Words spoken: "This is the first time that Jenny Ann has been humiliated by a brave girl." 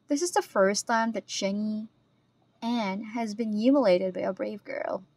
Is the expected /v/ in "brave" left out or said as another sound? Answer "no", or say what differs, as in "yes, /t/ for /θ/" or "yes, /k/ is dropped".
no